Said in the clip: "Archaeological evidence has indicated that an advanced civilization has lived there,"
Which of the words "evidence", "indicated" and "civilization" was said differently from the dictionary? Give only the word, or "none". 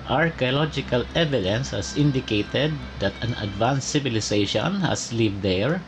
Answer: civilization